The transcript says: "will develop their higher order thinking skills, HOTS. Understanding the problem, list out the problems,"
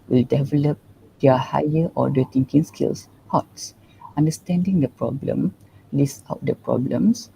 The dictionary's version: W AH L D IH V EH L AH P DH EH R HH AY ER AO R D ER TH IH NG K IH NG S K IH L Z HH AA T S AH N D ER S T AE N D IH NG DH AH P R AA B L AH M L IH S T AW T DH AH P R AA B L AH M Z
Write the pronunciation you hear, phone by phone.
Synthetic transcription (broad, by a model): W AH L D IH V EH L AH P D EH HH AY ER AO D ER T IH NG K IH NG S K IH L S HH AA T S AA N D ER S T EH N D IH NG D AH P R AA B L AH M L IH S AW T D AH P R AA B L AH M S